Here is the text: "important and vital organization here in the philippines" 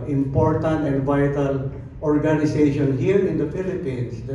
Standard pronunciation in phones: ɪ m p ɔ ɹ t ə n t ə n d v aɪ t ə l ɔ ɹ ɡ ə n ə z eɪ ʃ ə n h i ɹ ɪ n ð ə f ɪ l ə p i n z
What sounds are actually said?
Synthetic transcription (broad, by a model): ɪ m p ɔ ɹ t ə n t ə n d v aɪ t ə l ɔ ɹ ɡ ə n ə s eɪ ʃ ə n h i ɹ ɪ n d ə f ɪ l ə p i n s